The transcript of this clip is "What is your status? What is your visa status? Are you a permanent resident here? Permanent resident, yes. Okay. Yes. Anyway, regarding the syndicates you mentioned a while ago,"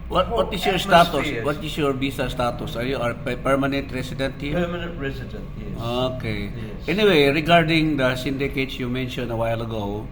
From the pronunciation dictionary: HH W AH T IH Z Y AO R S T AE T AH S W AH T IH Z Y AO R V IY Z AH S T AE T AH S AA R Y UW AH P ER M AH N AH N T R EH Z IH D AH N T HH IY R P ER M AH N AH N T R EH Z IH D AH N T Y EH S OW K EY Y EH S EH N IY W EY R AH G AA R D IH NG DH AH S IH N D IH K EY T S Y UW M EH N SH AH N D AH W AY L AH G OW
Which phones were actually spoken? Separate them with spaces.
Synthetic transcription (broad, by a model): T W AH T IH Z Y AO R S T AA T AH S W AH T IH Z Y AO R B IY S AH S T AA T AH S AA R Y UW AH P ER M AH N AH N T R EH S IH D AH N T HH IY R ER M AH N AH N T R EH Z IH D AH N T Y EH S OW K EY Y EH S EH N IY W EY R AH G AA R D IH NG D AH S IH N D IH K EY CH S Y UW M EH N SH AH N D AH W AY L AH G OW